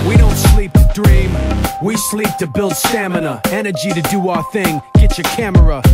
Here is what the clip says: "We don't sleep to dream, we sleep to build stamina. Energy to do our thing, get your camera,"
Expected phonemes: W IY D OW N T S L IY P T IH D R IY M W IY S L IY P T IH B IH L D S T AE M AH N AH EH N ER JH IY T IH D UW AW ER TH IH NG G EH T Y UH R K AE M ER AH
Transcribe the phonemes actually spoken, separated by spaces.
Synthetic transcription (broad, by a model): W IY D OW N T S L IY P T IH D R IY M W IY S L IY P T IH B IH L D S T AE M AH N AH EH N ER JH IY T IH D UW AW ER TH IH NG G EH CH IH K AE M ER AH